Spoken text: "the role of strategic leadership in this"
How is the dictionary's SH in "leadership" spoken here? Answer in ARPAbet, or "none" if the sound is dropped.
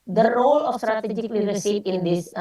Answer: S